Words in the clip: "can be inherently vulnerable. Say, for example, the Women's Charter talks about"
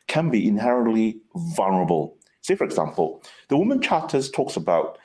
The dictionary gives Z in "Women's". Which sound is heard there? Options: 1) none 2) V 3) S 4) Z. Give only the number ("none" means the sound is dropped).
1